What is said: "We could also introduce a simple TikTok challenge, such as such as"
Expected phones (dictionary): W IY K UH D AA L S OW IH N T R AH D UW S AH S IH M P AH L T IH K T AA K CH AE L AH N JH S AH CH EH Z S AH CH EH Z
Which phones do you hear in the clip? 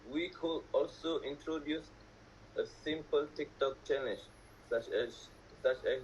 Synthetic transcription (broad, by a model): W IY K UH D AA L S OW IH N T R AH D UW S AH S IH M P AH L T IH K T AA K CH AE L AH JH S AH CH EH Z S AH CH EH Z